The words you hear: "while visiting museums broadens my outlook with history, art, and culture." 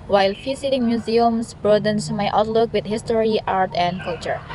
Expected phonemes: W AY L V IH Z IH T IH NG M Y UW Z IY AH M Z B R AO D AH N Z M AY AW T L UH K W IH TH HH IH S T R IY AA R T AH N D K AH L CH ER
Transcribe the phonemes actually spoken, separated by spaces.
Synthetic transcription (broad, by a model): W AY L F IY S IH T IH NG M Y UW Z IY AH M S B R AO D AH N S M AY AW T L UH K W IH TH HH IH S T R IY AA R T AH N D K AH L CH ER